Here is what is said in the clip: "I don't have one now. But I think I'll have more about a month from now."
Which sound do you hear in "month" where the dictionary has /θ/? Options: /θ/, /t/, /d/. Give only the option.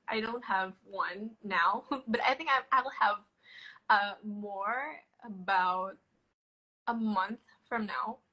/θ/